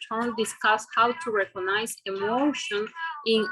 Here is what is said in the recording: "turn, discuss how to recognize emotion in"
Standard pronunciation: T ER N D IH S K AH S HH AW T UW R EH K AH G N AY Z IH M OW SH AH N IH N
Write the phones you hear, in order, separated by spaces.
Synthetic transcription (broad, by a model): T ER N D IH S K AH S HH AW T UW R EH K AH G N AY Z IH M OW SH AH N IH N